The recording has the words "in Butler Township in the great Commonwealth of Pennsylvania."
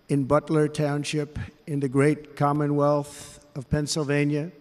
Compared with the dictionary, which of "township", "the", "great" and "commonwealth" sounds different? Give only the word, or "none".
none